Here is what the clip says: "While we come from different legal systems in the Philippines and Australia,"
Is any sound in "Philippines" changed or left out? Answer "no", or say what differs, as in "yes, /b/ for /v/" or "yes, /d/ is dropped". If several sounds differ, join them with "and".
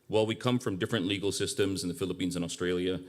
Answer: no